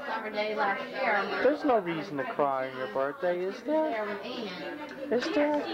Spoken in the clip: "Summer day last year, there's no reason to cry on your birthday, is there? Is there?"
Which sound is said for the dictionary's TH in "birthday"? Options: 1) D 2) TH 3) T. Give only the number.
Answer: 3